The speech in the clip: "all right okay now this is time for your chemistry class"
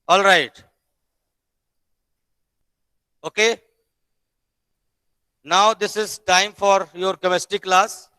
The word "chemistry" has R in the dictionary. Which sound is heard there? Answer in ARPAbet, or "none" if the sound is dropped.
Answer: none